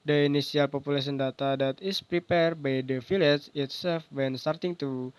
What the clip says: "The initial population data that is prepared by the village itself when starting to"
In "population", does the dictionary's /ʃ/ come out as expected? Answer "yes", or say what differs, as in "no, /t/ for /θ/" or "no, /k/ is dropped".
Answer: no, /s/ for /ʃ/